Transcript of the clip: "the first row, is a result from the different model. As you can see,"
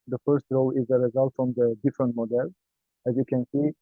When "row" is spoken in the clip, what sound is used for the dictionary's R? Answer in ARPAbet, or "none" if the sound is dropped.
R